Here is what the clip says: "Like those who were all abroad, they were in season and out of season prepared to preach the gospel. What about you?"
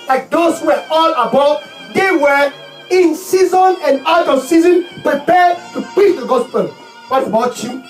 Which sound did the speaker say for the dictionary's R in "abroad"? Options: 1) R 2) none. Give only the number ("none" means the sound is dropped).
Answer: 2